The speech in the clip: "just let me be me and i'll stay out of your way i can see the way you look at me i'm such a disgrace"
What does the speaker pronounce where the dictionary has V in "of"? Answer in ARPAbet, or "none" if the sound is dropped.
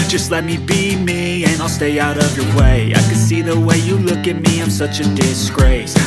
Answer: V